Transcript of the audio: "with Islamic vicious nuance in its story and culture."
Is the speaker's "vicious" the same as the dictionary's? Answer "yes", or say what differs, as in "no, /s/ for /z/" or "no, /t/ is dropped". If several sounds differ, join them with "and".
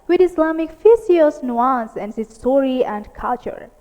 no, /f/ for /v/ and /s/ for /ʃ/